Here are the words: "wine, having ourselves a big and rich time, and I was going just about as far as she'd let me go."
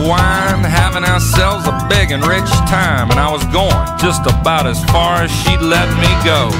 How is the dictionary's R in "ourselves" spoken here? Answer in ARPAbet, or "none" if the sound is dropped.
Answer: R